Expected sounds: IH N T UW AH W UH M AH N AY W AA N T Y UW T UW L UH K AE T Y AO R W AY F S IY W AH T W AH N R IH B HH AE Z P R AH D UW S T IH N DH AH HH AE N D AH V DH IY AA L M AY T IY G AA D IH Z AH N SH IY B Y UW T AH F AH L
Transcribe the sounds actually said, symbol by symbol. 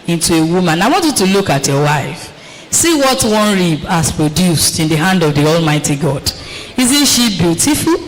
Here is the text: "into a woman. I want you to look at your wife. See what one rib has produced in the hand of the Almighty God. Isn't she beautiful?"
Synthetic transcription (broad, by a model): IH N T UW AH W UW M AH N AY W AA N T Y UW T UW L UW K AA T Y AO W AY F S IY W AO T W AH N R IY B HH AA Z P R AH D UW S T IH N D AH HH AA N D AH V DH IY AA L M AY T IY G AA D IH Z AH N SH IY B Y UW T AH F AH L